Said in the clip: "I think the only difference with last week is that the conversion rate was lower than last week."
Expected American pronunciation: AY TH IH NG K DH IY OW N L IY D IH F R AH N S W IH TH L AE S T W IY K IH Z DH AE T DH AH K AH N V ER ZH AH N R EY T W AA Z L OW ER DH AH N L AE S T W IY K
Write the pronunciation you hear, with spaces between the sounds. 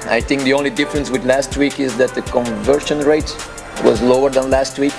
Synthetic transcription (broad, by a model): AY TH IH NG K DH IY OW N L IY D IH F R AH N S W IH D L AE S T W IY K IH Z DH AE T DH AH K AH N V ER SH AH N R EY T W AA Z L OW ER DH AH N L AE S T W IY K